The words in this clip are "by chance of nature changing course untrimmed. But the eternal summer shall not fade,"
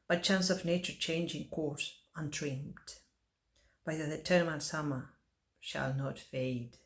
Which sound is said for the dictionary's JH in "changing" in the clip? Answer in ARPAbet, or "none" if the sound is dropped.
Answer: JH